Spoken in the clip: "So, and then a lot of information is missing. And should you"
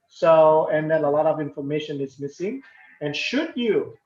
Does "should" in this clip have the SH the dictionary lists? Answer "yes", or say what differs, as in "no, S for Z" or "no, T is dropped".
yes